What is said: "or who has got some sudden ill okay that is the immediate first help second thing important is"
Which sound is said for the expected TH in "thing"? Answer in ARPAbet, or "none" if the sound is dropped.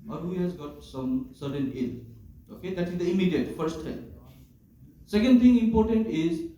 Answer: T